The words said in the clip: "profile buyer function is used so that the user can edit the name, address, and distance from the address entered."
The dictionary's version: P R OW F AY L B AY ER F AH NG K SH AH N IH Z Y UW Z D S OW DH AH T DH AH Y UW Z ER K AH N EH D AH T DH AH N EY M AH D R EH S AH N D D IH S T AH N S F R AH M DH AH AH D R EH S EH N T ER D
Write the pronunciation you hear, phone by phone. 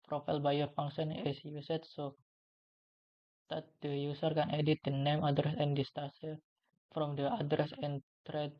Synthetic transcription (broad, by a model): P R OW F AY L B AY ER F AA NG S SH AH N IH S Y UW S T S OW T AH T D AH Y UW S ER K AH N EH D AH T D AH N EY M AH D R EH S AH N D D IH S T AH S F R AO M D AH AH D R EH S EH N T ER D